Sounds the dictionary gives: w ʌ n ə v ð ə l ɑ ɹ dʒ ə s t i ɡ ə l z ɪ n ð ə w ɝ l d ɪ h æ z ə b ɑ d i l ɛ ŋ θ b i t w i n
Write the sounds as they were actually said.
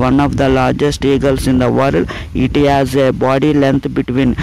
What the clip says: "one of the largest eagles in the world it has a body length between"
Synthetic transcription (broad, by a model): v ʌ n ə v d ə l ɑ ɹ dʒ ə s t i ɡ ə l s ɪ n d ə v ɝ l ɪ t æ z ə b ɑ d i l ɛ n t b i t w i n